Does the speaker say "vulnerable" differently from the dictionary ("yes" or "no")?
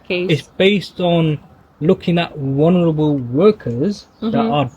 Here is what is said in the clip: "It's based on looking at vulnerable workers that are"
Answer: yes